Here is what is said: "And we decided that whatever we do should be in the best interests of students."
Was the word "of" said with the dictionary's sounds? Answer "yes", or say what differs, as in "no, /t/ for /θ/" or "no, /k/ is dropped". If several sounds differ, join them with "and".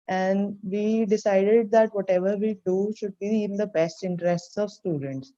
yes